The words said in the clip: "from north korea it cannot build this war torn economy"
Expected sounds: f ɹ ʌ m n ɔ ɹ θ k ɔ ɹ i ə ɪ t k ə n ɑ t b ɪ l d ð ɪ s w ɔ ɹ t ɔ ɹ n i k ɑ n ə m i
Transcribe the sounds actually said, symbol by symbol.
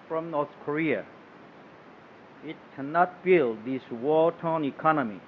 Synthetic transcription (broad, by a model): f ɹ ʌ m n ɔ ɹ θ k ɔ ɹ i ə ɪ t k ə n ɑ t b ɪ l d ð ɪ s w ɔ l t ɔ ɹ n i k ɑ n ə m i